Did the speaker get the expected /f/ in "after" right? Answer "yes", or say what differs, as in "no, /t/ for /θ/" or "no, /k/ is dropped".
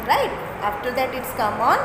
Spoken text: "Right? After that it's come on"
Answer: yes